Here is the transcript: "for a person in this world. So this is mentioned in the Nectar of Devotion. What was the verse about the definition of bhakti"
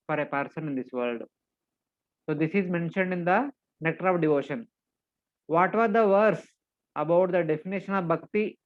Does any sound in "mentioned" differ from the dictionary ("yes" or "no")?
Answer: no